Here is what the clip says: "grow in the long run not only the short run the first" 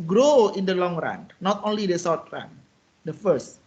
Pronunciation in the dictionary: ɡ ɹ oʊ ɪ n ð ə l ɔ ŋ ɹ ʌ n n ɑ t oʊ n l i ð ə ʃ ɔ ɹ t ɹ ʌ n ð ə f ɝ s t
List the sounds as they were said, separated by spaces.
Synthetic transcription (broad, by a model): ɡ ɹ oʊ ɪ n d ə l ɔ ŋ ɹ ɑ n n ɑ t oʊ n l i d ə s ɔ w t ɹ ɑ n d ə f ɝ s t